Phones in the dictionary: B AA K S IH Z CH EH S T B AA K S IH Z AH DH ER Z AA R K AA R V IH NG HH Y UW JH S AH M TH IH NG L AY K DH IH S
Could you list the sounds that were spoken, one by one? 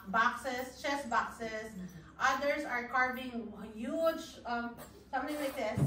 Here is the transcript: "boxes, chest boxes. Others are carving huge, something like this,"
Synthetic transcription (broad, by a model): B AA K S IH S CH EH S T B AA K S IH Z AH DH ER S AA R K AA R V IH NG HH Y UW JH S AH M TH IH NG L AY K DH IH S